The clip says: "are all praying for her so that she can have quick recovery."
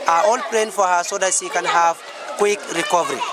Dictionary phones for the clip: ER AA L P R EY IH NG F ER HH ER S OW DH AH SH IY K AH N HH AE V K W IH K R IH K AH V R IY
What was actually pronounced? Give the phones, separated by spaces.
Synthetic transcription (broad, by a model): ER AA L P L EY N F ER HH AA S OW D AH S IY K AH N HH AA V K W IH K R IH K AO V R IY